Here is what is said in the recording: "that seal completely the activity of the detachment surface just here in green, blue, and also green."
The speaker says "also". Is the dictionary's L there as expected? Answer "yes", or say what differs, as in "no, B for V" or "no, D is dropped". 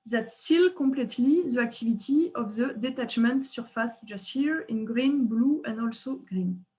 yes